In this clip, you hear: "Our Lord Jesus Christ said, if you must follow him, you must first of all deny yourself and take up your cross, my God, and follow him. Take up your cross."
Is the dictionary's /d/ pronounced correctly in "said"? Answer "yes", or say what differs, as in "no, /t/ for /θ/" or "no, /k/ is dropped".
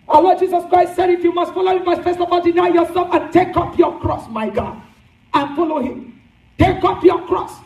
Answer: yes